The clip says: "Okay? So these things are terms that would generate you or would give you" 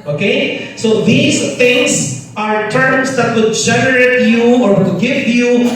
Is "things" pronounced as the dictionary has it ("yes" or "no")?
no